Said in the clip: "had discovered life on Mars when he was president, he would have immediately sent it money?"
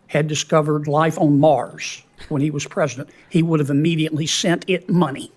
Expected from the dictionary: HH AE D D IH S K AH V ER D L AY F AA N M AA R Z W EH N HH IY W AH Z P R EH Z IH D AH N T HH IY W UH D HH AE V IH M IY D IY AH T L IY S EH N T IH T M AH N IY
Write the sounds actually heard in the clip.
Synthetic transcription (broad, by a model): HH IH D D IH S K AH V ER D L AY F N M AA R Z W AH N IY W AH Z P R EH Z IH D AH N T HH IY W UH D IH V IH M IY D IY AH T L IY S EH N T IH T M AH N IY